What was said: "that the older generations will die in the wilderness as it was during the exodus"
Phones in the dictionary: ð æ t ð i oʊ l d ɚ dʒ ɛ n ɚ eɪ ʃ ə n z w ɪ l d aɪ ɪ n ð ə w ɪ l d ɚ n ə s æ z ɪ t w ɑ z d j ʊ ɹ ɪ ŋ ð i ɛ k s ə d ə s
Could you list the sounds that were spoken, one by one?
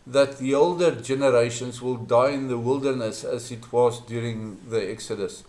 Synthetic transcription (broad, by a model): ð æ t ð i oʊ l d ɚ dʒ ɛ n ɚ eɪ ʃ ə n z w ɪ l d aɪ ɪ n ð ə w ɪ l d ɚ n ə s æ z ɪ t w ɑ z d j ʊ ɹ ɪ ŋ ð i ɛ k s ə d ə s